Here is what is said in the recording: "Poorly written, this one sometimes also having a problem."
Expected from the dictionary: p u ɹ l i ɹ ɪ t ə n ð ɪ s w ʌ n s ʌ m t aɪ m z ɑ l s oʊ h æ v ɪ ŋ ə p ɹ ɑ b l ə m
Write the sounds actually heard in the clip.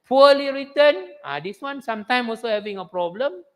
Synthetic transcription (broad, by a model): p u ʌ l i ɹ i t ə n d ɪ s w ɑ n s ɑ m t aɪ m ɑ l s oʊ h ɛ v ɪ ŋ ə p ɹ ɑ b l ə m